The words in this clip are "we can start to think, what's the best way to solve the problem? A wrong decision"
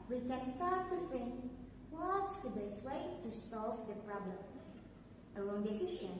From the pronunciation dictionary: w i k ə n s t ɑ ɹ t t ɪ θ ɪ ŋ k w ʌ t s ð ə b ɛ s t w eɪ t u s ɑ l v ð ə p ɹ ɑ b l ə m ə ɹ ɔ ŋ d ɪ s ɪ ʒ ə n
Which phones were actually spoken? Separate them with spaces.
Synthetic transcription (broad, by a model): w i k ə n s t ɑ ɹ t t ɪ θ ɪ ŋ w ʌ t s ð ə b ɛ s t w eɪ t u s ɑ l v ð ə p ɹ ɑ b l ə m ə l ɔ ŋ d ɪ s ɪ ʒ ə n